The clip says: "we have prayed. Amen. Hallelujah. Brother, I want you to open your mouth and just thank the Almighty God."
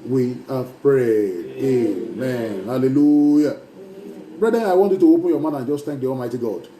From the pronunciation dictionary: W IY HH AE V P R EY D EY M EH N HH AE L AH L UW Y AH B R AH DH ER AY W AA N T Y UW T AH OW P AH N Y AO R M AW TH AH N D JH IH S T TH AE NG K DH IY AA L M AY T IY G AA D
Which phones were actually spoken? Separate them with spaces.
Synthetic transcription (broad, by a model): W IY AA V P R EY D EY M EH N HH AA L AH L UW Y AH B R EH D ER AY W AA N T Y UW T AH OW P AH N Y AO M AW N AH N JH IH S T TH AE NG K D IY AA L M AY T IY G AA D